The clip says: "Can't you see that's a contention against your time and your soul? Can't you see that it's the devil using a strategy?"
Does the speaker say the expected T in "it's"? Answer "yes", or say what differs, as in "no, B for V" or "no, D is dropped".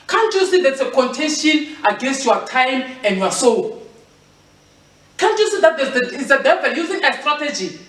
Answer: no, S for T